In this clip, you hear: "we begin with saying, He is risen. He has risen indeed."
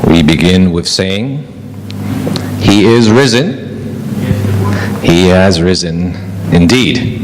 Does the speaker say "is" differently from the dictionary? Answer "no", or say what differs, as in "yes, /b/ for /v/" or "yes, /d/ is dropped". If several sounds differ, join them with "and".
no